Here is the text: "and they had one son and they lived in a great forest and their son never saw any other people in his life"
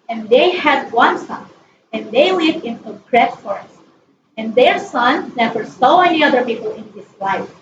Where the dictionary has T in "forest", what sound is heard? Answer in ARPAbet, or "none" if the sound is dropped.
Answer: none